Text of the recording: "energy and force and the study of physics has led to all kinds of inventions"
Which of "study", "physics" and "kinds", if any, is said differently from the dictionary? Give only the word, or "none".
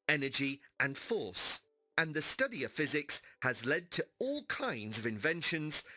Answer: none